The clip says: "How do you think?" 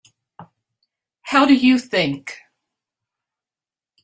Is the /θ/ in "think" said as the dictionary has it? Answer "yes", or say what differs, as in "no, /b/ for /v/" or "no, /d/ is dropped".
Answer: yes